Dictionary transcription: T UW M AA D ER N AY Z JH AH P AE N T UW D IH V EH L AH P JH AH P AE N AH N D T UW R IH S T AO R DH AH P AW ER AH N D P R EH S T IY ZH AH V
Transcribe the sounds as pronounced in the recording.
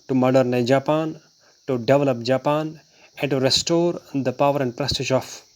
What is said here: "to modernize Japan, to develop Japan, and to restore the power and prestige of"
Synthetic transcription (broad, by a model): T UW M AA D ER N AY JH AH P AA N T UW D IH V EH L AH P JH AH P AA N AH N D T UW R IH S T AO R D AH P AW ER AH N D P R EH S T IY SH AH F